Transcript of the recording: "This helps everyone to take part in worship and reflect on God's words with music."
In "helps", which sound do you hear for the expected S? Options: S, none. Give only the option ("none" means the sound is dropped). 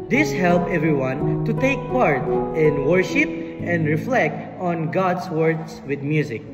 none